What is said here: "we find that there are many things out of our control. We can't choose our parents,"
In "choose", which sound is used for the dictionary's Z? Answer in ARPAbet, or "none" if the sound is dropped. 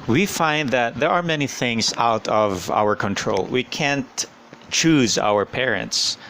Z